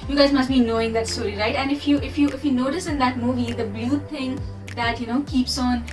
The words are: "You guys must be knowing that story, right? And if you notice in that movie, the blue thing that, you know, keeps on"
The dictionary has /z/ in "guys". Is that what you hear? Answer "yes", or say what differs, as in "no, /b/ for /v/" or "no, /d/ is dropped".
yes